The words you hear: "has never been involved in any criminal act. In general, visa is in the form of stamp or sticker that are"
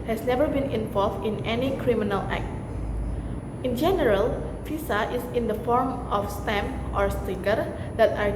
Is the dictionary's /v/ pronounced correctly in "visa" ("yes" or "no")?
no